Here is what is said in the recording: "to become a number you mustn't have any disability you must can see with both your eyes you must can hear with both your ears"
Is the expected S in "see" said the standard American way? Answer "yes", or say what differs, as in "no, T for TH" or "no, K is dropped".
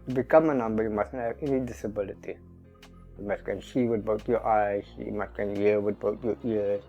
no, SH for S